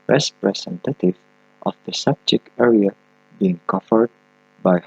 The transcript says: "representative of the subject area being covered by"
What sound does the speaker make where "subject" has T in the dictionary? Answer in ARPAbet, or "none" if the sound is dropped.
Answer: none